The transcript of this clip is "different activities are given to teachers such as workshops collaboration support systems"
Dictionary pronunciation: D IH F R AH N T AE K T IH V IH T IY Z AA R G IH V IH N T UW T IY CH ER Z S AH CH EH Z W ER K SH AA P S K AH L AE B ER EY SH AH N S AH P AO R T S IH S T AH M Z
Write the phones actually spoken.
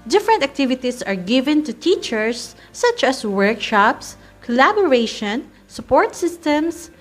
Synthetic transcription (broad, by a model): D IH F R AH N T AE K T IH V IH T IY S AA R G IH V IH N T UW T IY CH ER S AH CH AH S W ER K SH AA P S K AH L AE B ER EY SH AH N S AH P AO R T S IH S T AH M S